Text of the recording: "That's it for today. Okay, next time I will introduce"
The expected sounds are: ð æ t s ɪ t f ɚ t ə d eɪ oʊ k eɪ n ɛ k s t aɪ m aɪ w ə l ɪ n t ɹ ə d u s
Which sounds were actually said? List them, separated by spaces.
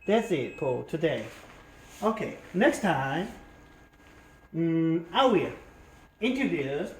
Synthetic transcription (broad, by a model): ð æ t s ɪ t p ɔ t ə d eɪ oʊ k eɪ n ɛ k s t aɪ m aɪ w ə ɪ n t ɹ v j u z